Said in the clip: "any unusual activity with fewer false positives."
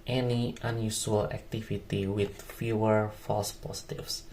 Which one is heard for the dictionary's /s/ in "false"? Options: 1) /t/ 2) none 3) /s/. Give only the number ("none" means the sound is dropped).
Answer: 3